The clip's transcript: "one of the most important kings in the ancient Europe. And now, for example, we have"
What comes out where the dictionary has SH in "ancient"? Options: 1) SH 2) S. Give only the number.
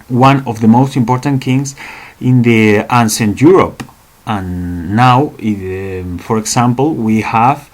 2